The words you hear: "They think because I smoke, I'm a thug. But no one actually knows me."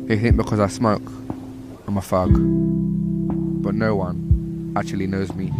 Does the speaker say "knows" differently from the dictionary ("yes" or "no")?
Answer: no